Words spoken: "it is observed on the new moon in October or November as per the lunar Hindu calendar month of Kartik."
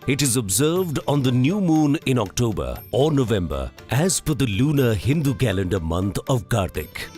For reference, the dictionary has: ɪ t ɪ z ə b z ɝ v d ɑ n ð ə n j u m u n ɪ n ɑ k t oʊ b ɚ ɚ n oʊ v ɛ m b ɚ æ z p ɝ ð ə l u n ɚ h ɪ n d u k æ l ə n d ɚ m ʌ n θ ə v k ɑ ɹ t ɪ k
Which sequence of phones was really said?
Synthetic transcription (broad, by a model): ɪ t ɪ z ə b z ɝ v d ɑ n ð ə n j u m u n ɪ n ɑ k t oʊ b ɚ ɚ n oʊ v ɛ m b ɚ æ z f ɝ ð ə l u n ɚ h ɪ n d u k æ l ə n d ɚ m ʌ n t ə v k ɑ ɹ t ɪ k